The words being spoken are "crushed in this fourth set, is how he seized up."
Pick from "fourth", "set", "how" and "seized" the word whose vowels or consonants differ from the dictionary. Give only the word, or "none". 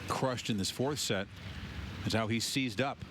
none